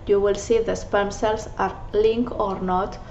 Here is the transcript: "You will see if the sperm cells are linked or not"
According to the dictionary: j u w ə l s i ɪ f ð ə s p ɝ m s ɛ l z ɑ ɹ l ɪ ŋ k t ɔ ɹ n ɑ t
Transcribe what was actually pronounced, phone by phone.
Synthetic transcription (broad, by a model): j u w ə l s i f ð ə s p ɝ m s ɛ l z ɑ ɹ l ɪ ŋ k ɔ ɹ n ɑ t